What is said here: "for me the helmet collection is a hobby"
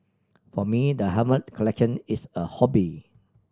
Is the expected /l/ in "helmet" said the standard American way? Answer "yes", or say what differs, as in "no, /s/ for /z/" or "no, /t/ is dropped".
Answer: no, /l/ is dropped